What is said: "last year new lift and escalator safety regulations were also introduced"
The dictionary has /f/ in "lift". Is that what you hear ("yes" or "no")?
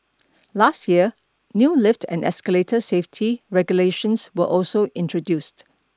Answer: yes